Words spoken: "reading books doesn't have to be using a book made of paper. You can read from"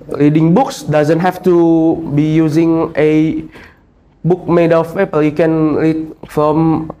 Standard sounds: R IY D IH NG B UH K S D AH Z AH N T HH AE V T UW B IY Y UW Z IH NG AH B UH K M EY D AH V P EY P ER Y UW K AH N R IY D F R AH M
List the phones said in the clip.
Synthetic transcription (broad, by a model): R IY D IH NG B UH K S D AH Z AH N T HH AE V T UW B IY Y UW Z IH NG AH B UH K M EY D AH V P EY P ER Y UW K AH N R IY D F R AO M